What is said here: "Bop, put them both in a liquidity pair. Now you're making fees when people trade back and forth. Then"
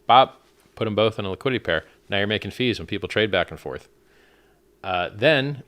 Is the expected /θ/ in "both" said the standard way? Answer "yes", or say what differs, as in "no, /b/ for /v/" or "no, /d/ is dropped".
yes